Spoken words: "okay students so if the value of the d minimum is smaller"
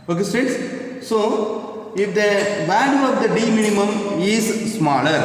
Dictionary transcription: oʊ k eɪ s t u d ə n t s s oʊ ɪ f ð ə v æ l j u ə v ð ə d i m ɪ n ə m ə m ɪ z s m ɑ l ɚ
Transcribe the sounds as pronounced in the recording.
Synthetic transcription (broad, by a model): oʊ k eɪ s t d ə t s s oʊ ɪ f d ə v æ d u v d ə d i m ɪ n ə m ə m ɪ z s m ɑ l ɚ